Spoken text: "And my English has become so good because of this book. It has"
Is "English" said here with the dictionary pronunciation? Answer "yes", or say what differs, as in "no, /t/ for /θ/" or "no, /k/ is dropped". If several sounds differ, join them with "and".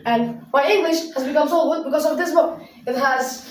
yes